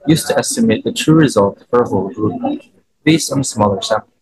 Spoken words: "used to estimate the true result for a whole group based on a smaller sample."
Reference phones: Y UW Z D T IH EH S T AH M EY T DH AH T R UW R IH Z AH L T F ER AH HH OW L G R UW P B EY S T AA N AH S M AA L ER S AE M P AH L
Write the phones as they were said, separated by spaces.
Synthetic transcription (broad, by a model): Y UW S T IH EH S T AH M EY T DH AH T R UW R IH Z AH L T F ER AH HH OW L G R UW P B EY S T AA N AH S M AA L ER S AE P